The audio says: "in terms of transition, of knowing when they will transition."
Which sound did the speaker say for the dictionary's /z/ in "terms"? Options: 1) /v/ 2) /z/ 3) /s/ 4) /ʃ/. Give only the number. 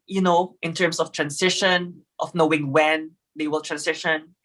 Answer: 3